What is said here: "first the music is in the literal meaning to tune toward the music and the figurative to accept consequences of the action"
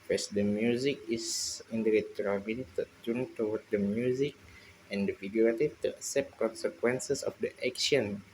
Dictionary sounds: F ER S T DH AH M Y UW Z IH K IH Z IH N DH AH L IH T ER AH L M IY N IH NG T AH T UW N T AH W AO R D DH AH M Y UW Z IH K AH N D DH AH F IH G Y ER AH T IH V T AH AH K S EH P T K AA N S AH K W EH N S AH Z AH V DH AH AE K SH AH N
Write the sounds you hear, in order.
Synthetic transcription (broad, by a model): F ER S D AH M Y UW Z IH K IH S IH N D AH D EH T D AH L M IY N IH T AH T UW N T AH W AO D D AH M Y UW Z IH K AH N D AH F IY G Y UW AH T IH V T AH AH S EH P K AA N S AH K W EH N S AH S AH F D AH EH K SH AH N